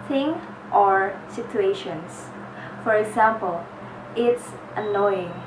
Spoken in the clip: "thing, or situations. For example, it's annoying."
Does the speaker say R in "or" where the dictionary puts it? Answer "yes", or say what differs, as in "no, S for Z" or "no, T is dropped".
yes